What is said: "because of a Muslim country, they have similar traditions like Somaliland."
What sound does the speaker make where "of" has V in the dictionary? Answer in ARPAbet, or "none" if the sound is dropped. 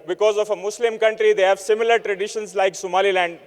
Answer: F